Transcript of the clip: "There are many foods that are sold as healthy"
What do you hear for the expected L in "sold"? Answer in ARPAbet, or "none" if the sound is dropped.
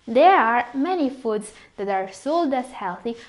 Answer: L